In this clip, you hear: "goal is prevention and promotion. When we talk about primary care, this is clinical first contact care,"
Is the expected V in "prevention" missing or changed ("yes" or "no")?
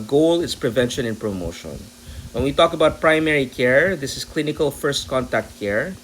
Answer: no